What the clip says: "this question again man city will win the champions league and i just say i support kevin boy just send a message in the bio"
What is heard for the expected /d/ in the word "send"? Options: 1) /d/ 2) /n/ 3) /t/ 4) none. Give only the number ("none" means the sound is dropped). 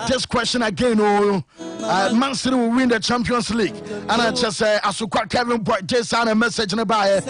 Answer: 4